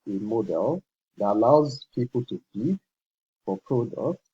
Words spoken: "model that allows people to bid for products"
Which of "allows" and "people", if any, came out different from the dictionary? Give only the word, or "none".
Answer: none